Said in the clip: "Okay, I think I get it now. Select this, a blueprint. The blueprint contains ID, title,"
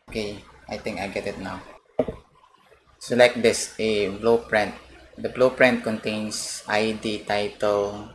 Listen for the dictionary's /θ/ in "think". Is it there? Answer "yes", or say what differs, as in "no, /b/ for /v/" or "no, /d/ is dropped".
no, /t/ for /θ/